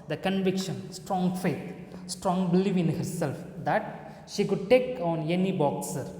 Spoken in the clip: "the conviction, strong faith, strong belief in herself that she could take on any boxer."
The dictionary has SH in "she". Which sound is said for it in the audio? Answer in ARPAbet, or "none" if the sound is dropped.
SH